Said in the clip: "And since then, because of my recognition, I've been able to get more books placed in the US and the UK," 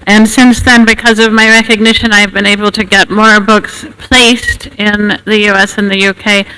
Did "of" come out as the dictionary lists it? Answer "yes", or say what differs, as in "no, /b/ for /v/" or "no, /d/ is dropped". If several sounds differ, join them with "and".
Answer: yes